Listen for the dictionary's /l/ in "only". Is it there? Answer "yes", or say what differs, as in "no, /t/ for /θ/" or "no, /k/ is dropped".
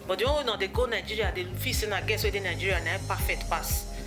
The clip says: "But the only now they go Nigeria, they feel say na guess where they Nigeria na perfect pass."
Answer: no, /w/ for /l/